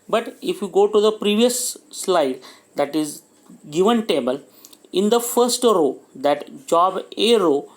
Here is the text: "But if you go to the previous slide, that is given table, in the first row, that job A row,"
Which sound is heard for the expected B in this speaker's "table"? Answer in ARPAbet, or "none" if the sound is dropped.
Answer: B